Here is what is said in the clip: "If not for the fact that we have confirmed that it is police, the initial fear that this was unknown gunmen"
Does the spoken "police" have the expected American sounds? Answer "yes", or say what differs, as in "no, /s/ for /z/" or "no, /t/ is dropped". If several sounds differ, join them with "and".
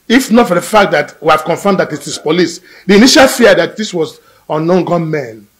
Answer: yes